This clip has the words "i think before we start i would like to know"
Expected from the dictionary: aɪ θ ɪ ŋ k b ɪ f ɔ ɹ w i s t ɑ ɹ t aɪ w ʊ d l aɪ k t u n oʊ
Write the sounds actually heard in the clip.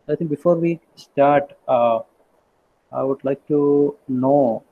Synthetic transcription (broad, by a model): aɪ t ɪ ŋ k b ɪ f ɔ ɹ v i s t ɑ ɹ t aɪ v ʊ d l aɪ k t u n oʊ